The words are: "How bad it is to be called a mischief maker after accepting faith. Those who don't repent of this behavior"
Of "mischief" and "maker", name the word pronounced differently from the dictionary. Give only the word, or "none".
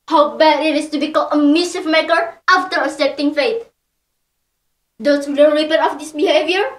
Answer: mischief